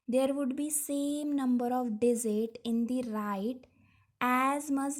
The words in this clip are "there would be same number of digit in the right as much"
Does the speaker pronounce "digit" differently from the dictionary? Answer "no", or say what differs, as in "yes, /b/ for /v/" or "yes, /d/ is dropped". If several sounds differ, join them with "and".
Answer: yes, /z/ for /dʒ/